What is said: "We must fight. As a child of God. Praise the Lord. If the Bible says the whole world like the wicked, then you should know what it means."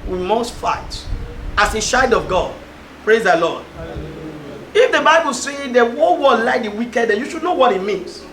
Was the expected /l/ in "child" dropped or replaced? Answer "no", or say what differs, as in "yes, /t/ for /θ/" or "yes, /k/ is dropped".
yes, /l/ is dropped